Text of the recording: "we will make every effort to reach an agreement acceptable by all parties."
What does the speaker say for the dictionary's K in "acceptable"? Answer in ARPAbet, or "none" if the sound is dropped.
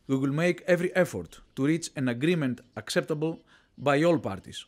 K